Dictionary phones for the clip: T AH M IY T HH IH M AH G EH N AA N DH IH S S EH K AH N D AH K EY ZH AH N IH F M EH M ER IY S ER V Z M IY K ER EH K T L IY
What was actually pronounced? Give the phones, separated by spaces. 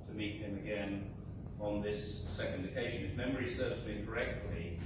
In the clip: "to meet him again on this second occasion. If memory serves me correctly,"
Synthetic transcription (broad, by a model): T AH M IY T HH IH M AH G EH N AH N DH IH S S EH K AH N D AH K EY ZH AH N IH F M EH M ER IY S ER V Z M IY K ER EH K T L IY